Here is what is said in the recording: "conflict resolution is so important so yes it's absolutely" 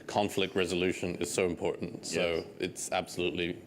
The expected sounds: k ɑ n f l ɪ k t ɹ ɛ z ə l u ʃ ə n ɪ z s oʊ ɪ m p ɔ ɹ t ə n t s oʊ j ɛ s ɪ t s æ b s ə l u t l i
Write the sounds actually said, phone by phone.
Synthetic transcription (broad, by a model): k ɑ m f l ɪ k t ɹ ɛ z ə l u ʃ ə n ɪ z s oʊ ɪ m p ɔ ɹ t n t s oʊ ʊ ɪ t s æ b s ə l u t l i